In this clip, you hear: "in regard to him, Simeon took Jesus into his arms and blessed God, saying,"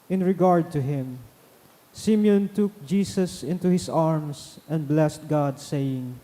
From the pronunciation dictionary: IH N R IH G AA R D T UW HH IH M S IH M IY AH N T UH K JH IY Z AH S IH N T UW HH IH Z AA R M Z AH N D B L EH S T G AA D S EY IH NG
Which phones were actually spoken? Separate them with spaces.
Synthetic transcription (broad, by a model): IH N R IH G AA R D T UW HH IH M S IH M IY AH N T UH K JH IY S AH S IH N T UW HH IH S AA R M S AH N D B L EH S T G AA D S EY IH NG